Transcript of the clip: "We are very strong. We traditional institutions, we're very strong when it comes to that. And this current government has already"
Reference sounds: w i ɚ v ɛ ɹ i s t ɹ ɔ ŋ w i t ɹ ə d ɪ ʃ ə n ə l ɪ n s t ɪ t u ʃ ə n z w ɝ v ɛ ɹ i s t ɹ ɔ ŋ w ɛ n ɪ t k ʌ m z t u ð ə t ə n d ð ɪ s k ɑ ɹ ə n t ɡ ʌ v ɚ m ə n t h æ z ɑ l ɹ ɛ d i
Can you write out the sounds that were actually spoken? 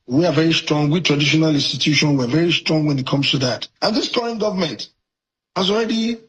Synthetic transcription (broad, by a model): w i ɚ v ɛ ɹ i s t ɹ ɔ ŋ w i t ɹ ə d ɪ ʃ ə n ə l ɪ n s t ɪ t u ʃ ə n w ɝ v ɛ ɹ i s t ɹ ɔ ŋ w ɛ n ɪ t k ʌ m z t u ð ə t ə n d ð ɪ s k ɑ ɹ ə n ɡ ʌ v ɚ m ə n t h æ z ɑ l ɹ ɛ d i